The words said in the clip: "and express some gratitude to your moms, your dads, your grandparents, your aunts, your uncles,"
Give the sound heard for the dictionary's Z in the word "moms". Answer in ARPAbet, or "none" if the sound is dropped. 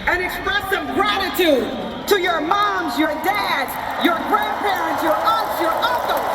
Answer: Z